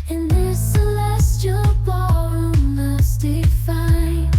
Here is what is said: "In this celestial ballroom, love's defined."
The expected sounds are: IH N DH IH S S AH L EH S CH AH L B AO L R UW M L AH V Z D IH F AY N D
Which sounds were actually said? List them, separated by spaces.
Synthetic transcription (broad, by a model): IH N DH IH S S AH L EH S CH AH L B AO R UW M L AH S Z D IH F AY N